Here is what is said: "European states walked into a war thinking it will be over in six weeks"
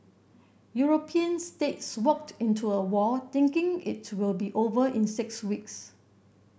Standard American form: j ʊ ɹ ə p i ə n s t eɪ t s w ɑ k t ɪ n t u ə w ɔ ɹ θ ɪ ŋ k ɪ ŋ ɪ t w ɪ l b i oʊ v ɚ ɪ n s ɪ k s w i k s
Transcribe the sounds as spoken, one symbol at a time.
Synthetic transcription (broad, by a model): j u ɹ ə p i ə n s t eɪ t s w ɑ k t ɪ n t u ə w ɔ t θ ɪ ŋ k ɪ ŋ ɪ t w ɪ l b i oʊ v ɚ ɪ n s ɪ k s w i k s